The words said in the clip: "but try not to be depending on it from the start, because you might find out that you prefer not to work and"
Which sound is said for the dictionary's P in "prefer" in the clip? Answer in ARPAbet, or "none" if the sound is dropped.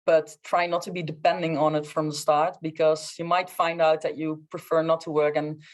P